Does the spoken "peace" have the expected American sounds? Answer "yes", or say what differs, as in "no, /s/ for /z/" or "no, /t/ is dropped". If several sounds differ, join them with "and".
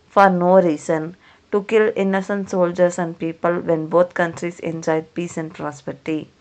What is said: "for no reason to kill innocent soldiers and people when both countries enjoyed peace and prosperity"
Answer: yes